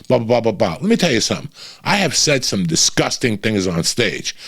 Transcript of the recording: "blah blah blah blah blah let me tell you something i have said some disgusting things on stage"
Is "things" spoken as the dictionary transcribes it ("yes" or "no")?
yes